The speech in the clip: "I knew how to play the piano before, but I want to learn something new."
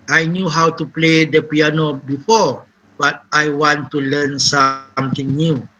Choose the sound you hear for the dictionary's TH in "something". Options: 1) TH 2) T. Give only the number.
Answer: 2